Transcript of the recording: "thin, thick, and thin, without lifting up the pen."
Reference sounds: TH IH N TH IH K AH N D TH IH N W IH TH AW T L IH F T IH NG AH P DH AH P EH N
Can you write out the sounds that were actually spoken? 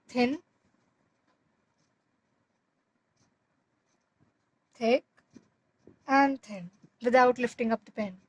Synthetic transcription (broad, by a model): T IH N T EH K AH N D T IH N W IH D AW T L IH F T IH NG AH P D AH P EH N